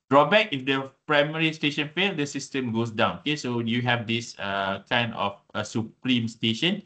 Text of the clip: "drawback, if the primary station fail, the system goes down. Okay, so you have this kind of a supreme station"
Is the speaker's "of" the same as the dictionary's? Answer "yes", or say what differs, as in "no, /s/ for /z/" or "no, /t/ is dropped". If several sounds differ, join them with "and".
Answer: no, /f/ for /v/